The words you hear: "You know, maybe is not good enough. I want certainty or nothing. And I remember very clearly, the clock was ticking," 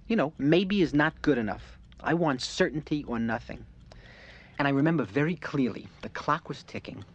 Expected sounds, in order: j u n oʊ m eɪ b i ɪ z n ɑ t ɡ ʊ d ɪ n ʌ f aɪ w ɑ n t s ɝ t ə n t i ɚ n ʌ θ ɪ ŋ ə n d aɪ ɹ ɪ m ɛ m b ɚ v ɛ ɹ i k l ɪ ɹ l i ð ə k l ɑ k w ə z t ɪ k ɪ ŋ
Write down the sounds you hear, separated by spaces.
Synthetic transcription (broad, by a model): j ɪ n oʊ m eɪ b i ɪ z n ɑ t ɡ ʊ d ɪ n ʌ f aɪ w ɑ n t s ɝ t n t i ɚ n ʌ θ ɪ ŋ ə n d aɪ ɹ ɪ m ɛ m b ɚ v ɛ ɹ i k l ɪ ɹ l i ð ə k l ɑ k w ə z t ɪ k ɪ ŋ